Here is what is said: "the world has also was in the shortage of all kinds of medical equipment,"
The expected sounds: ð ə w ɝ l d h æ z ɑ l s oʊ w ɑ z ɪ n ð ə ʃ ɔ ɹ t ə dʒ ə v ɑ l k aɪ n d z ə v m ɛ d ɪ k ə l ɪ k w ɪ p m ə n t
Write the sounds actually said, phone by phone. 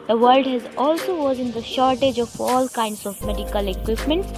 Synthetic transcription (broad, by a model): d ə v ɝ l d h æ z ɑ l s oʊ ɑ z ɪ n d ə ʃ ɔ ɹ t ə dʒ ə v ɑ l k aɪ n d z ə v m ɛ d ɪ k ə l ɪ k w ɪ p m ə n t